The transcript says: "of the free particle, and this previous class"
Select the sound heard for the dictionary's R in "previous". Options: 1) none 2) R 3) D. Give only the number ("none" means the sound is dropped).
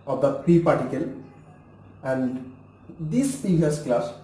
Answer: 1